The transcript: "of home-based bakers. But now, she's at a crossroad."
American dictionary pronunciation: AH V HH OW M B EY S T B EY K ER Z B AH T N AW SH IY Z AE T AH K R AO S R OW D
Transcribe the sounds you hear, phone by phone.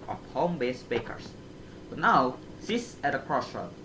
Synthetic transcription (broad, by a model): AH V HH OW M B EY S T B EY K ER S B AH T N AW S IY S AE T AH K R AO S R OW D